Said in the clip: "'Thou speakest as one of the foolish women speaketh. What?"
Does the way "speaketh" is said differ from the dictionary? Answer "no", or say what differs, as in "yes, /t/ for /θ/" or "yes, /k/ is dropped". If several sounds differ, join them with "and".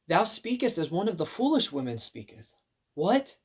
no